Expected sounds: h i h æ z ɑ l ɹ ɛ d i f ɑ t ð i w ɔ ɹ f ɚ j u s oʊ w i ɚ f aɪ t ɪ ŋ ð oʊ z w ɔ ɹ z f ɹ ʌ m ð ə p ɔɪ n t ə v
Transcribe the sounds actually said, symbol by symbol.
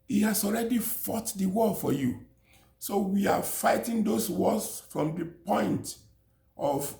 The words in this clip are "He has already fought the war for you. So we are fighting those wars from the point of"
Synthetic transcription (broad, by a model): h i h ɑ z ɑ l ɹ ɛ d i f ɑ t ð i w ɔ l f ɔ j u s oʊ w i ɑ f aɪ t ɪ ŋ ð oʊ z w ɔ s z f ɹ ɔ m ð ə p ɔɪ n t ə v